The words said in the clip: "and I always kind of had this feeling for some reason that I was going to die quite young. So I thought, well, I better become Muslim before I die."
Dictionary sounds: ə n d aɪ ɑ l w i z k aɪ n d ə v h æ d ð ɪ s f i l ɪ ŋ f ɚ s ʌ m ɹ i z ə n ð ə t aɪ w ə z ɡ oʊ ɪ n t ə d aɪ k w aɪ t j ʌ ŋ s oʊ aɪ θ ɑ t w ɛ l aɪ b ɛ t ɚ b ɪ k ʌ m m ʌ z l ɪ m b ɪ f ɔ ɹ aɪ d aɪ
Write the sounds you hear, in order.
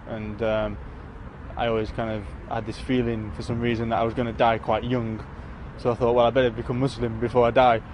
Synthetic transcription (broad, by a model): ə n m aɪ ɑ l w i z k aɪ n d ə v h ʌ d ð ɪ s f i l ɪ ŋ f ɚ s ʌ m ɹ i z ə n ð ə t aɪ w ə z ɡ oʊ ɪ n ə d aɪ k w aɪ t j ʌ ŋ s oʊ aɪ θ ɑ t w ɛ l aɪ b ɛ t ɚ b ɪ k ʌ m m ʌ s l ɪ m b ɪ f ɔ ɹ aɪ d aɪ